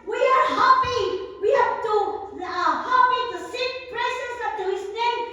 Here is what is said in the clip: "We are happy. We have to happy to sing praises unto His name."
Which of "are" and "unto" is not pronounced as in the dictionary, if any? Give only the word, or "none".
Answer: unto